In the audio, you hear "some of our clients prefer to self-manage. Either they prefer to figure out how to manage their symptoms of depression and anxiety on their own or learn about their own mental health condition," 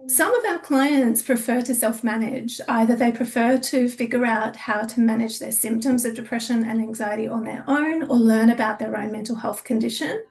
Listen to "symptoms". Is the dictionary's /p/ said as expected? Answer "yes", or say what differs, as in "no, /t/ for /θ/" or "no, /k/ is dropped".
yes